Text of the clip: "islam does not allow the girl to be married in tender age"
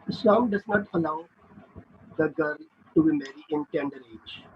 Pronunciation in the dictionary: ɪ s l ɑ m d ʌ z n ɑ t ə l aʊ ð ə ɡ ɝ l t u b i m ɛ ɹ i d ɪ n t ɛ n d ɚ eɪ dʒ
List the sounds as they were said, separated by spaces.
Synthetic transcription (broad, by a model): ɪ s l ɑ m d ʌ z n ɑ t ə l aʊ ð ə ɡ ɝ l t u b i m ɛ ɹ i ɪ n t ɛ n d ɚ eɪ dʒ